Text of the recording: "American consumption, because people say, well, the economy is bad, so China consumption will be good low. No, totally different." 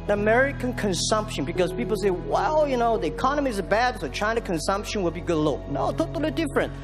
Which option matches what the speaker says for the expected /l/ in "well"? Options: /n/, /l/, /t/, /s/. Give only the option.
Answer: /n/